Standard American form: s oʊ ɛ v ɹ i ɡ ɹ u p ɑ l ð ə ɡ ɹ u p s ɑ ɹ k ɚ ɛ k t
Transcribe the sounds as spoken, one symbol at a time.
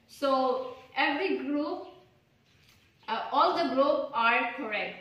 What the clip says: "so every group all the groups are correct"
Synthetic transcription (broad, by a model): s oʊ ɛ v ɹ i ɡ ɹ u p ɑ l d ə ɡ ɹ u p ɑ ɹ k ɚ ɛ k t